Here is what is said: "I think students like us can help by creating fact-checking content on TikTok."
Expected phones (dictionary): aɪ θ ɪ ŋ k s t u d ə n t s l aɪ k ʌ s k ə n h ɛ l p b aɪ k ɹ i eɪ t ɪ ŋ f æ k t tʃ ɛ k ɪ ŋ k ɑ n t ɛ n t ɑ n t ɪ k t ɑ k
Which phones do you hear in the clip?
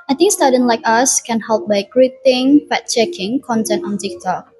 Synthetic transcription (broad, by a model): aɪ t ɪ ŋ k s t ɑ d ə n l aɪ k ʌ s k ə n h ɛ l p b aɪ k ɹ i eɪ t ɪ ŋ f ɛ t tʃ ɛ k ɪ ŋ k ɑ n t ɛ n t ɑ n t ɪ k t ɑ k